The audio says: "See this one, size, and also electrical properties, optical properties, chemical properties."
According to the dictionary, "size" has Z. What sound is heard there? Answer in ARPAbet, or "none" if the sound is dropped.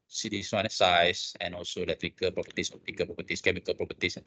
S